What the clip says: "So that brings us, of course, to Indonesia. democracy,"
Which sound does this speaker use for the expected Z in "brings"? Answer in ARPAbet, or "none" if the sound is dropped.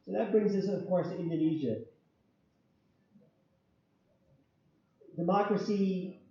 Z